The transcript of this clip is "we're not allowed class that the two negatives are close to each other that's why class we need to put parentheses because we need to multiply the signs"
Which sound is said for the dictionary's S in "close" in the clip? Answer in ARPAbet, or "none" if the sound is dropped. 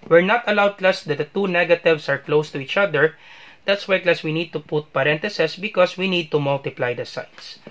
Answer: S